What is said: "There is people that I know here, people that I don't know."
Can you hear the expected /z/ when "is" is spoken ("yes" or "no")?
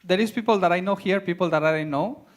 no